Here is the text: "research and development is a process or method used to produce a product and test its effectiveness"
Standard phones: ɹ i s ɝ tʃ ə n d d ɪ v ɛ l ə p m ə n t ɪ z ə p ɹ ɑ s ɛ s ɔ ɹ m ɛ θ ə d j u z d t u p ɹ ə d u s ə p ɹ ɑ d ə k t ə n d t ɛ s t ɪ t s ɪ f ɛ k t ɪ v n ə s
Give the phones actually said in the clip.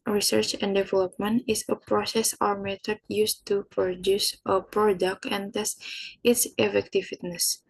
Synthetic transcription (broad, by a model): ɹ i s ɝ tʃ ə n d d ɪ v ɛ l ə p m ə n t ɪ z ə p ɹ ɑ s ɛ s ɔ ɹ m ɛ t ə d j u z t u p ɹ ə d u s ə p ɹ ɑ d ə k t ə n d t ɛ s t ɪ t s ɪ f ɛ k t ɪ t n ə s